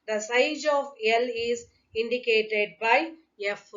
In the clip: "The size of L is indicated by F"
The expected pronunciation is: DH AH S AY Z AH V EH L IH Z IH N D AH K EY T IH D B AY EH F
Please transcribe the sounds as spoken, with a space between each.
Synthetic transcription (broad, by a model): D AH S AY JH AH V EH L IH Z IH N D AH K EY T IH D B AY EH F